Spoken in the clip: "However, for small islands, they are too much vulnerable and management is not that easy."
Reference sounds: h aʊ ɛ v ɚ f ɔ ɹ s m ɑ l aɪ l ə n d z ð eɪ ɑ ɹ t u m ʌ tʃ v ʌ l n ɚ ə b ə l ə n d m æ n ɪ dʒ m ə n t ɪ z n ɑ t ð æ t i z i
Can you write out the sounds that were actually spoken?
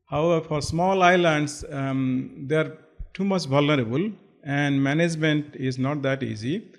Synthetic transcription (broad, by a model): h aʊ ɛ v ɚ f ɔ ɹ s m ɑ l aɪ l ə n d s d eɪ ɑ ɹ t u m ʌ tʃ v ʌ l n ɚ ə b ə l ə n d m æ n ɪ dʒ m ə n t ɪ z n ɑ t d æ t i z i